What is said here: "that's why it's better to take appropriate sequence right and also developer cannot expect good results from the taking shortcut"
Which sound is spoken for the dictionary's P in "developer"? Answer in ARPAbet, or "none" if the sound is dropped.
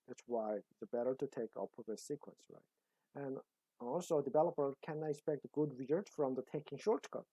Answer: P